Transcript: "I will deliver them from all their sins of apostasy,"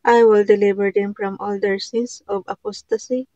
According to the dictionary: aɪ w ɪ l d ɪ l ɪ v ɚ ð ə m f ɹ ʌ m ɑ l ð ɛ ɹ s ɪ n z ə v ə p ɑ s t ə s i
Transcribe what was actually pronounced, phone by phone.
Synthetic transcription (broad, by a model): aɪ w ɪ l d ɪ l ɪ b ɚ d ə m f ɹ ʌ m ɑ l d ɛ ɹ s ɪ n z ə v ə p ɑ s t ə s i